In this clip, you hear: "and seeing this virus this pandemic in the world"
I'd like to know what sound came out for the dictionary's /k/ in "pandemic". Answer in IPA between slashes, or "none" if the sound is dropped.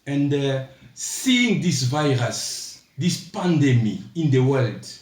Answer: none